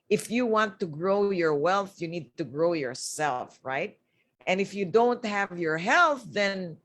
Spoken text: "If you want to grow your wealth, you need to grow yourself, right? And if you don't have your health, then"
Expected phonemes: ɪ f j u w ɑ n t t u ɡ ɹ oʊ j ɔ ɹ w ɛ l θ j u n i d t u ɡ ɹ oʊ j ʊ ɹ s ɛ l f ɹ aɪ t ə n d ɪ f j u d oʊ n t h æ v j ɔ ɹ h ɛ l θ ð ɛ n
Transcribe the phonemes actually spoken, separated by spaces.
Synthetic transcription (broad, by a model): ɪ f j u w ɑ n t t u ɡ ɹ oʊ j ɔ ɹ w ɛ l θ j u n i d t u ɡ ɹ oʊ j ʊ ɹ s ɛ l f ɹ aɪ t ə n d ɪ f j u d oʊ n t h æ v j ɔ ɹ h ɛ l θ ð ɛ n